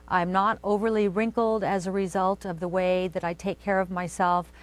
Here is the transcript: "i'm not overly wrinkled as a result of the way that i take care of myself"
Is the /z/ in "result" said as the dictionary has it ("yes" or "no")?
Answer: yes